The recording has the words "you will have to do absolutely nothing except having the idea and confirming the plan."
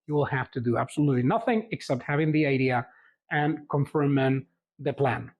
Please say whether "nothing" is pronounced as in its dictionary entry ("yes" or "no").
yes